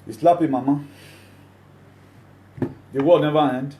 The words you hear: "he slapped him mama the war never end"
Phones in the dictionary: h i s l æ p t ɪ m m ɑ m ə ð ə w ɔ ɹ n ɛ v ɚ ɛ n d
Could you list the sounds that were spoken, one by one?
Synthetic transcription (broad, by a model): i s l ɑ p ɪ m m ɑ m ə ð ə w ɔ l n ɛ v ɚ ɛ n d